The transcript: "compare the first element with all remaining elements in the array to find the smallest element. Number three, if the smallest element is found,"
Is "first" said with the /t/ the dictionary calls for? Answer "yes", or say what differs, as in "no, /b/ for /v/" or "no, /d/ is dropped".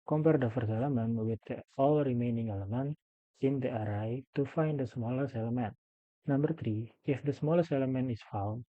no, /t/ is dropped